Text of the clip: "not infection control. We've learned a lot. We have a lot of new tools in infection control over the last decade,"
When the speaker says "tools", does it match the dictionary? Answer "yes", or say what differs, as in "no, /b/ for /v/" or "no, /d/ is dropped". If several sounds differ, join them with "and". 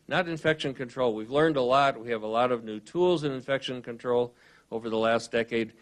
yes